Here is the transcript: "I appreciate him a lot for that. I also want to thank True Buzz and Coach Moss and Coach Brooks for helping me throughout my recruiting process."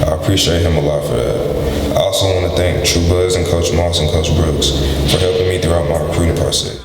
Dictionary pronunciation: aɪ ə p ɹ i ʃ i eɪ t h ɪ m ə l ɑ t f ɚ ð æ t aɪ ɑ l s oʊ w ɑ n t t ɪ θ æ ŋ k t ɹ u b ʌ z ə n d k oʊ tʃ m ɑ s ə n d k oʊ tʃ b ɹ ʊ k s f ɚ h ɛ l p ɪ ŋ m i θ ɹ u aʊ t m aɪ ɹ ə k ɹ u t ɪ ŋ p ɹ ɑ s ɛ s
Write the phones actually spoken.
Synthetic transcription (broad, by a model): aɪ ə p ɹ i ʃ i eɪ t h ɪ m ə l ɑ t f ɚ ð æ t aɪ ɑ l s oʊ w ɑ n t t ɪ θ æ ŋ k t ɹ u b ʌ z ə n k oʊ tʃ m ɑ s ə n k oʊ tʃ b ɹ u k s f ɚ h ɛ l p ɪ ŋ m i θ ɹ u aʊ t m aɪ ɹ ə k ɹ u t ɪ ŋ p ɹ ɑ s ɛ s